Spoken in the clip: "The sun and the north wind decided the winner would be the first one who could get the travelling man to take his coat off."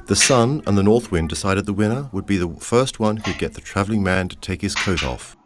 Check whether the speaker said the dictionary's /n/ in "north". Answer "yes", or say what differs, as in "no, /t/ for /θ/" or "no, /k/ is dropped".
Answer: yes